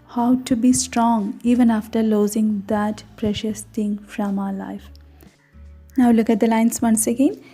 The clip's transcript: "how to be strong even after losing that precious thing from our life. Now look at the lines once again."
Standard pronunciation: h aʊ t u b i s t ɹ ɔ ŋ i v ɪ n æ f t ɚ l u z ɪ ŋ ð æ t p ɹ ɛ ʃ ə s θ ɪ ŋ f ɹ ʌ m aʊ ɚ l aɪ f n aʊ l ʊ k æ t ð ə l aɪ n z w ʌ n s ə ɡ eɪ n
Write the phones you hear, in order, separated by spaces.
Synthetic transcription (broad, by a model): h aʊ t u b i s t ɹ ɔ ŋ i v ɪ n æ f t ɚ l u z ɪ ŋ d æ t p ɹ ɛ ʃ ə s t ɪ ŋ f ɹ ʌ m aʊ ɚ l aɪ f n aʊ l ʊ k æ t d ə l aɪ n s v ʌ n s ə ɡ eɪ n